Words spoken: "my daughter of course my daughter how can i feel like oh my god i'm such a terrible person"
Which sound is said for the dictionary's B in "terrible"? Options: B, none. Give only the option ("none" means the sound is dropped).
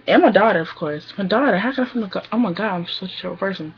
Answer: none